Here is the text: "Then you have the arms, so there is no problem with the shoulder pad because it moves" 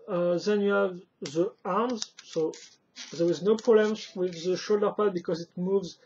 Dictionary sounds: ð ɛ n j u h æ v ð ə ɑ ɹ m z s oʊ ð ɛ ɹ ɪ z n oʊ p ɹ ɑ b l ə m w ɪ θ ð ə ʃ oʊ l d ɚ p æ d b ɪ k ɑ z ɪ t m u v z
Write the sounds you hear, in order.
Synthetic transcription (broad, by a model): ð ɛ n j u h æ v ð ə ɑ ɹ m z s oʊ ð ɛ ɹ ɪ z n oʊ p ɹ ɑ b l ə m w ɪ ð ə ʃ oʊ l d ɚ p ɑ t b ɪ k ɑ z ɪ t m u v z